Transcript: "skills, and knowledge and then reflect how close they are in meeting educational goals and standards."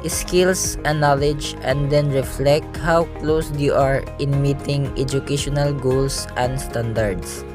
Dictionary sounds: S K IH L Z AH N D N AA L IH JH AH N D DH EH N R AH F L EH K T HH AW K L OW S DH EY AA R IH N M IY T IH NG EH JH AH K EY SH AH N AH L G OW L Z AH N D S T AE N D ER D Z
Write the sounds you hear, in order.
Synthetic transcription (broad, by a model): S K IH L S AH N N AA L IH JH AH N D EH N R AH F L EH K T HH AW K L OW S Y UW AA R IH N M IY T IH NG EH JH AH K EY SH AH N AH L G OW L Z AH N D S T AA N D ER D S